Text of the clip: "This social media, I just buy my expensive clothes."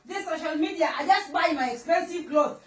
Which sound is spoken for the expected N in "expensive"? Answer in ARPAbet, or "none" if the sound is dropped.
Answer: N